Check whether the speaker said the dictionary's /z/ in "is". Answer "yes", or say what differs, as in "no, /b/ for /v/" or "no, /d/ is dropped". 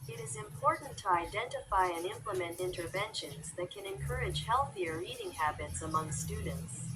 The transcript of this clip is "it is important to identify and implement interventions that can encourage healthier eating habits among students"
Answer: yes